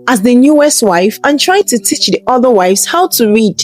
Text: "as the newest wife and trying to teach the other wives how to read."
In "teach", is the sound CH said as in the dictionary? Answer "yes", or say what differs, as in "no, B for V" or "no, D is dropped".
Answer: yes